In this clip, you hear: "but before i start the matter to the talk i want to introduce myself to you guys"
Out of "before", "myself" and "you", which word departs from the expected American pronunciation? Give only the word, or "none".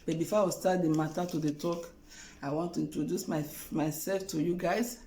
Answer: before